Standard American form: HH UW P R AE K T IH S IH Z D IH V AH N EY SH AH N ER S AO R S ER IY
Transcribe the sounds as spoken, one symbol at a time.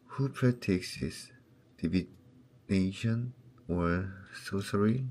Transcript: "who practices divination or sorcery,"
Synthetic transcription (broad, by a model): HH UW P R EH T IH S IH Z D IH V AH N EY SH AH N ER S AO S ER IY